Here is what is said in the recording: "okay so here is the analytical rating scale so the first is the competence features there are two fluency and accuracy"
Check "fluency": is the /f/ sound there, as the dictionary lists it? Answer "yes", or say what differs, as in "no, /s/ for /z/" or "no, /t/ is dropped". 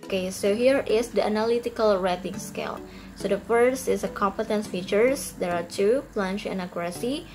no, /p/ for /f/